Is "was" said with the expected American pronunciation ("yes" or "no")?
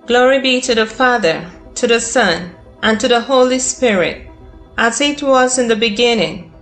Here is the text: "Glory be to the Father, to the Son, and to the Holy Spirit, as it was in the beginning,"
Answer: yes